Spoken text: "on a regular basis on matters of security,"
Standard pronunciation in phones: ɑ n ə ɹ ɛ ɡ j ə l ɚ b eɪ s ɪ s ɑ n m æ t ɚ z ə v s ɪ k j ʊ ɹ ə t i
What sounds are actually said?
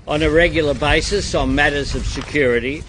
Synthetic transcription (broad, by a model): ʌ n ə ɹ ɛ ɡ j l ɚ b eɪ s ɪ s n m æ t ɚ z ə v s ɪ k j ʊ ɹ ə t i